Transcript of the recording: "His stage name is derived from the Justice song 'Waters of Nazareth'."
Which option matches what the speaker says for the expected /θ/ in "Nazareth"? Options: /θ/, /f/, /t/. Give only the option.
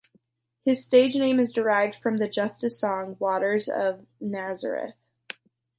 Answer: /θ/